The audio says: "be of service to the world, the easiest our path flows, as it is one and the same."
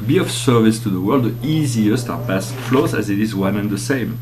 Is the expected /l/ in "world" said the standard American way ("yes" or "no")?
yes